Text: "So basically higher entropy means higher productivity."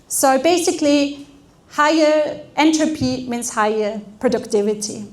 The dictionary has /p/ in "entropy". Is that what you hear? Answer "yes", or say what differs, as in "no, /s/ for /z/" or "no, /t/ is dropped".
yes